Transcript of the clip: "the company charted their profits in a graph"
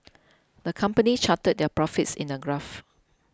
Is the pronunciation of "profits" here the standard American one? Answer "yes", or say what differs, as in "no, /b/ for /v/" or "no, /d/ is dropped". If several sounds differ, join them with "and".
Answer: yes